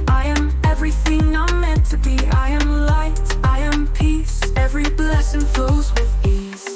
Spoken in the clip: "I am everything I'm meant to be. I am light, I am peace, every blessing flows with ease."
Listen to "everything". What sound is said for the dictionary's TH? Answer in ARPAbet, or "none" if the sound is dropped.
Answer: TH